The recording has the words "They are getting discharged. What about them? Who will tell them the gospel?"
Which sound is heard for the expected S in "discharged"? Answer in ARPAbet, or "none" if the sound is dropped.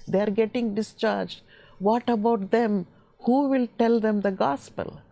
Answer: S